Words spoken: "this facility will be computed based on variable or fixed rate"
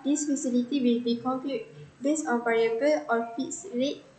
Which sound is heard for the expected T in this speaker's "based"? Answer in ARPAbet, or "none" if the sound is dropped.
none